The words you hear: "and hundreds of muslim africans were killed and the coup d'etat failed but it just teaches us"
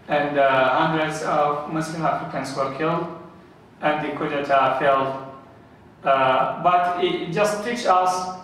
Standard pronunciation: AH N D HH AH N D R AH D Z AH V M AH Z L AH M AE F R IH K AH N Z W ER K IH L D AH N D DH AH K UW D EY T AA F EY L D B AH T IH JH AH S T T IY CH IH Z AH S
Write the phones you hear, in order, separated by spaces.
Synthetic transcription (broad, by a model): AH N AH HH AH N D R AH D Z AH V M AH S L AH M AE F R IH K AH N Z W ER K IH L D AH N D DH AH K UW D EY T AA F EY L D B AH T IH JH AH S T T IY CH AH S